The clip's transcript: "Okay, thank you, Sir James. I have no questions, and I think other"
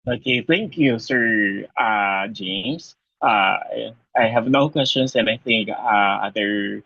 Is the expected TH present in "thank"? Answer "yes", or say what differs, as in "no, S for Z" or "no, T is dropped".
yes